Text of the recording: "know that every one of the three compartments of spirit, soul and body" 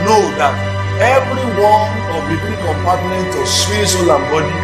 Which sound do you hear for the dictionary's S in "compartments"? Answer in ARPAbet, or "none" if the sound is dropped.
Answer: none